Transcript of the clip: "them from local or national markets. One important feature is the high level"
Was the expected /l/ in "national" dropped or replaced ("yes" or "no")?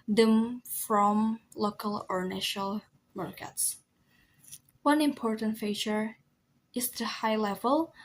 no